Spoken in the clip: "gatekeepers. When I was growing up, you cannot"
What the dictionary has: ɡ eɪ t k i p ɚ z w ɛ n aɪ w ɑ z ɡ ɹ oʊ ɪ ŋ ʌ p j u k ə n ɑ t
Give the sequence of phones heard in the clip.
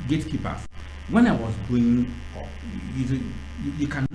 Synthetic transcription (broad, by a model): ɡ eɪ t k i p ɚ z w ɛ n aɪ w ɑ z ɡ oʊ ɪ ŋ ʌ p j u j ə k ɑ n